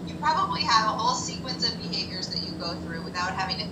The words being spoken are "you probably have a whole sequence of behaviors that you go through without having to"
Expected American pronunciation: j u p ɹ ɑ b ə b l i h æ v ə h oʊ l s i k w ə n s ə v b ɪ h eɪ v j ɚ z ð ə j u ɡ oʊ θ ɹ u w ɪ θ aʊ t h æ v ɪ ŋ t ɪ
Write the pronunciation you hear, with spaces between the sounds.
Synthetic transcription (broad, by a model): j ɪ p ɹ ɑ b ə b l i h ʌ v ə h oʊ l s i k w ə n s ə v b ɪ h eɪ v j ɚ z ð ə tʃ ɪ ɡ oʊ θ ɹ u w ɪ θ aʊ t h æ v ɪ ŋ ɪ